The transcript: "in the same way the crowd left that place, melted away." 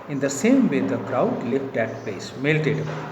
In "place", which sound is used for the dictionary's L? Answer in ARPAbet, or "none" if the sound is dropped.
none